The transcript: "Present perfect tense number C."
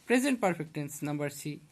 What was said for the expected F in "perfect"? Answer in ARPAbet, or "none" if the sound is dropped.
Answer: P